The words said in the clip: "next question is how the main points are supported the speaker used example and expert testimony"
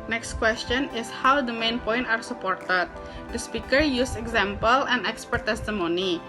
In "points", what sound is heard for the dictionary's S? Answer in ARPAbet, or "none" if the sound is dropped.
none